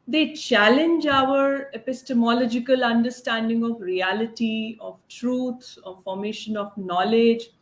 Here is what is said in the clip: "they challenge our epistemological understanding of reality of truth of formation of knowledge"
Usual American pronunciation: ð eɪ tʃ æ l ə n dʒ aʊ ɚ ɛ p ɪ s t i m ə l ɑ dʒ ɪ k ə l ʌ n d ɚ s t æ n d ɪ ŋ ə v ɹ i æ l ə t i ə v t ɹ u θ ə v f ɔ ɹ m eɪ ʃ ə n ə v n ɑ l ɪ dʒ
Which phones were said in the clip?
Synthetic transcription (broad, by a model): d eɪ tʃ æ l ə n dʒ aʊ ɚ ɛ p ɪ s t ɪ m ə l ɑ dʒ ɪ k ə l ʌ n d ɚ s t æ n d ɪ ŋ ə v ɹ i æ l ə t i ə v t ɹ u s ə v f ɔ ɹ m eɪ ʃ ə n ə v n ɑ l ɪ dʒ